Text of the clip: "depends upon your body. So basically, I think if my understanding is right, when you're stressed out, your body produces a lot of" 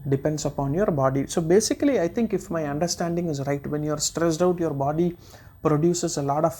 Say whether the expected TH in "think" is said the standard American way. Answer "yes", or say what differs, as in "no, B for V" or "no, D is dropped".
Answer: no, T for TH